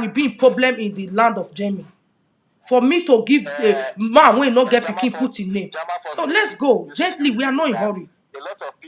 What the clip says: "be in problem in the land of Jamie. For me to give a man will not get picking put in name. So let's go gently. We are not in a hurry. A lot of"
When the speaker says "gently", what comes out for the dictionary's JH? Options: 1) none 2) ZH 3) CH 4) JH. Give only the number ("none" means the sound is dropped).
4